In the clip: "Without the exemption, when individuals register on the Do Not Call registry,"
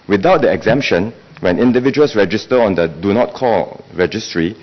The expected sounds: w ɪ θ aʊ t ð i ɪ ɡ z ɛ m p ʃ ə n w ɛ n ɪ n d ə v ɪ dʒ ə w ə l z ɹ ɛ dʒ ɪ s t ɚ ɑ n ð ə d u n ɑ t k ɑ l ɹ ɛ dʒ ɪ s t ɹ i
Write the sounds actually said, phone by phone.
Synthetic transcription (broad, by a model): w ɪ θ aʊ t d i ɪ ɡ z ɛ m p ʃ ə n w ɛ n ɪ n d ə v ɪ dʒ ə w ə l s ɹ ɛ dʒ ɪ s t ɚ ɑ n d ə d u n ɑ t k ɑ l ɹ ɛ dʒ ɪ s t ɹ i